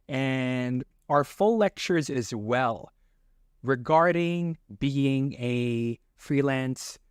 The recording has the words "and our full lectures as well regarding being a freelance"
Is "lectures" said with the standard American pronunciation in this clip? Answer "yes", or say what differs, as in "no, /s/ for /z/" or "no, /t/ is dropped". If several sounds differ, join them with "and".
yes